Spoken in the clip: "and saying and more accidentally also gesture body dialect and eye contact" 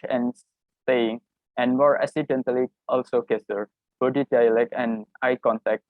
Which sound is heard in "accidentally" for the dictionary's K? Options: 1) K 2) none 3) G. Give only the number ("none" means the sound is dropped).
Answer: 2